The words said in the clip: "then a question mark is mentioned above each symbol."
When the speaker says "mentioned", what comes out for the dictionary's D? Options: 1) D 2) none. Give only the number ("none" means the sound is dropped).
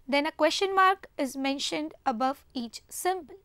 1